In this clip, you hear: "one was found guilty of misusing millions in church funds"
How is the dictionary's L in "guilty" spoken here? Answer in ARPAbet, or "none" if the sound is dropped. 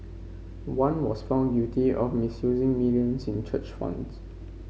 none